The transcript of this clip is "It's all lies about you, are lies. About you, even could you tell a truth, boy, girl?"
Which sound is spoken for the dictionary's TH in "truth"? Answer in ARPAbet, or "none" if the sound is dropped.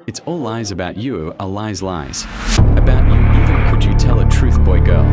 TH